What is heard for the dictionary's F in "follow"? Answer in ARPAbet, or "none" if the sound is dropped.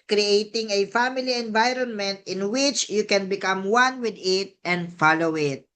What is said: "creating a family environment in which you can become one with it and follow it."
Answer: F